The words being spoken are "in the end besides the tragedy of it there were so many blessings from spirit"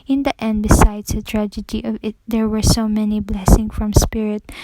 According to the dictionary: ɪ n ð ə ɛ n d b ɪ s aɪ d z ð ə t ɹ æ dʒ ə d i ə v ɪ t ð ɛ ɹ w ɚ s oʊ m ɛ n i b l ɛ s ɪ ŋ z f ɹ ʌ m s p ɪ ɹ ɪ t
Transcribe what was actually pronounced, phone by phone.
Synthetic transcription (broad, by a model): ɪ n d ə ɛ n d b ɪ s aɪ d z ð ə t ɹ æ dʒ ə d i ə v ɪ t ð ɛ ɹ w ɚ s oʊ m ɛ n i b l ɛ s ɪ ŋ f ɹ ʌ m s p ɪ ɹ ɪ t